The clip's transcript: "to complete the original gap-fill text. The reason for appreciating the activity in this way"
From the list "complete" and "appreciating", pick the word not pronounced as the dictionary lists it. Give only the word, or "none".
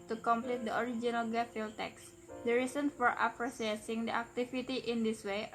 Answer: appreciating